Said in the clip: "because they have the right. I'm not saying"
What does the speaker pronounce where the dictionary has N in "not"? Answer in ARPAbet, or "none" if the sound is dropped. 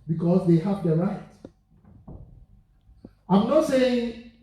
N